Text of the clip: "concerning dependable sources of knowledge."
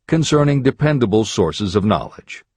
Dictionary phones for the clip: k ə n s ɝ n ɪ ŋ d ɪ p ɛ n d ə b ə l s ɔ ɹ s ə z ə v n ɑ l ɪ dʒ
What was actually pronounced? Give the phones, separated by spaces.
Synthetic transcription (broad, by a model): k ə n s ɝ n ɪ ŋ d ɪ p ɛ n d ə b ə l s ɔ ɹ s ə z ə v n ɑ l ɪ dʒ